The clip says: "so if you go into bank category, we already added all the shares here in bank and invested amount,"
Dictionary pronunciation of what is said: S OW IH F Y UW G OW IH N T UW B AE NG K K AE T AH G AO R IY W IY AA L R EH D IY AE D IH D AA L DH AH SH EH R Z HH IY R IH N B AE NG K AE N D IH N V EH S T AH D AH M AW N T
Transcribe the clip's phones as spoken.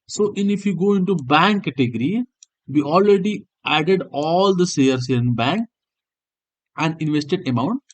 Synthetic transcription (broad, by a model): S OW IH F Y UW G OW IH N T UW B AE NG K K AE T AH G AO R IY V IY AA L R EH D IY AE D IH D AA L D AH S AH R S HH IY R IH N B AE NG K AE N D IH N V EH S T AH D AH M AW N T